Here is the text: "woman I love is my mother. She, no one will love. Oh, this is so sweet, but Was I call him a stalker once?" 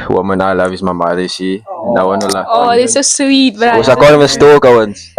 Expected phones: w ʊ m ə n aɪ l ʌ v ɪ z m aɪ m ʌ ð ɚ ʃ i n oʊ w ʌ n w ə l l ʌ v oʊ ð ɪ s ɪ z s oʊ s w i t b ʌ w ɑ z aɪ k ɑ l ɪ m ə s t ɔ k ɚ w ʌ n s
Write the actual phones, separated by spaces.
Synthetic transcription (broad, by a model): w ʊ m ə n aɪ l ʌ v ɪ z m aɪ m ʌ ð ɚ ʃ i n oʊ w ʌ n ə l l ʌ oʊ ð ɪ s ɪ s oʊ s w i t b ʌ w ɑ s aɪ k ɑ n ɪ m ə s t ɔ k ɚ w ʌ n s